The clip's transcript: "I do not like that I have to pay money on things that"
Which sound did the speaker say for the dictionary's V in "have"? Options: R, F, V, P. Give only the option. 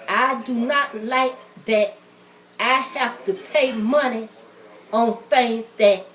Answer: F